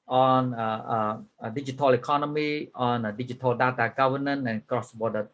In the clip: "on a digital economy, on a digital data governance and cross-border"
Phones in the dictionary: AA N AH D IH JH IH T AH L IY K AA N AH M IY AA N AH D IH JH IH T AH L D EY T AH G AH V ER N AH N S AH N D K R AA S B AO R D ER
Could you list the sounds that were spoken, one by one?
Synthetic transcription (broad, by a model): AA N AH D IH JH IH T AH L IY K AA N AH M IY AA N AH D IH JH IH T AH L D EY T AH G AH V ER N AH N AH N K R AA S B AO D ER